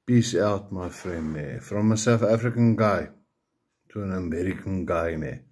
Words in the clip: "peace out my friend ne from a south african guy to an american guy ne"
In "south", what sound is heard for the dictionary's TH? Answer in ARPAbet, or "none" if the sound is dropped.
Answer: F